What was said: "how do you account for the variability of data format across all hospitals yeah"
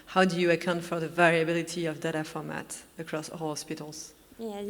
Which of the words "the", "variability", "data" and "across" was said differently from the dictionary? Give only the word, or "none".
none